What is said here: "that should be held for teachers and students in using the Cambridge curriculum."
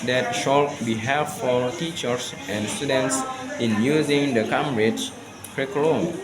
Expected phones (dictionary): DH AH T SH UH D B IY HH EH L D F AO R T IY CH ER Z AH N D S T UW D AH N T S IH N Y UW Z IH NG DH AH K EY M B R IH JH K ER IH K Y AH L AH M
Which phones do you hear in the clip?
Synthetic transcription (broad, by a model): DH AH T SH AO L B IY HH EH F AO L T IY CH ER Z AH N D S T UW D AH N T S IH N Y UW Z IH NG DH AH K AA M R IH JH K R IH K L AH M